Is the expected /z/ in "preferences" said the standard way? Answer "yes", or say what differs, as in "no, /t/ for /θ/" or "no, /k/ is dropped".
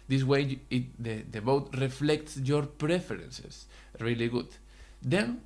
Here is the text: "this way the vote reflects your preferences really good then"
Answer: no, /s/ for /z/